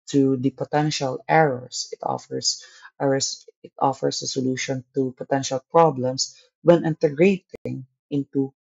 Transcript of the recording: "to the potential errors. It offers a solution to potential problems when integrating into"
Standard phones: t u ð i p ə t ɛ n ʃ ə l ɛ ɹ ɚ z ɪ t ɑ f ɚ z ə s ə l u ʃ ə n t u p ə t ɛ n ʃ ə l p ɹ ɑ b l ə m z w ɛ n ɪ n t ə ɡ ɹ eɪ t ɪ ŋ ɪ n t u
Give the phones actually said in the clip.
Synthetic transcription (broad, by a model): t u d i p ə t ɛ n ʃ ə l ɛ ɹ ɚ s ɪ t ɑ f ɚ s ə s ə l u ʃ ə n t u p ə t ɛ n ʃ ə l p ɹ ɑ b l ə m s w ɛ n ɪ n t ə ɡ ɹ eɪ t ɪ ŋ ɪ n t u